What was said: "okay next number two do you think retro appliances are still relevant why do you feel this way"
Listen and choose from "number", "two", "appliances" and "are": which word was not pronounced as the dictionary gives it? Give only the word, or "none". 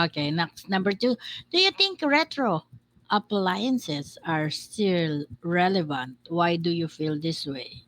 appliances